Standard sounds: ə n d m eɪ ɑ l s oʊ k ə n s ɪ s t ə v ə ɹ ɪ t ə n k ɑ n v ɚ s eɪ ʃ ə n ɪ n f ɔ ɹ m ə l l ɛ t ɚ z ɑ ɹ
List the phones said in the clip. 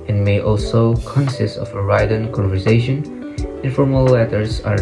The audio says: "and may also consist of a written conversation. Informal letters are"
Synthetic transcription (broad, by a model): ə n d m eɪ ɑ l s oʊ k ə n s ɪ s t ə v ə ɹ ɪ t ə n k ɑ n v ɚ s eɪ ʃ ə n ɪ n f ɔ ɹ m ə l l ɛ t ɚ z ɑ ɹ